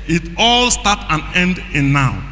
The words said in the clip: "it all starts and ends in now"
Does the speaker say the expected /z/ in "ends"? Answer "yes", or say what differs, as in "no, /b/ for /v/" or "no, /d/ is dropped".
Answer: no, /z/ is dropped